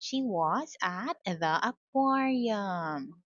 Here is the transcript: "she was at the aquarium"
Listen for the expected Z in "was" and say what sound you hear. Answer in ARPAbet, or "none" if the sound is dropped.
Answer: Z